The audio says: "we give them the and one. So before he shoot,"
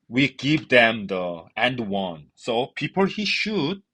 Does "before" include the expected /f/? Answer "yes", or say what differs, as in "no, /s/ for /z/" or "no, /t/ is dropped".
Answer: no, /p/ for /f/